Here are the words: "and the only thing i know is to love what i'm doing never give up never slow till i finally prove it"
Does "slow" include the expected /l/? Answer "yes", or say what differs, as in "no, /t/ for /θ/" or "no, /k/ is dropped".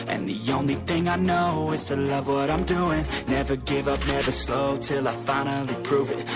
yes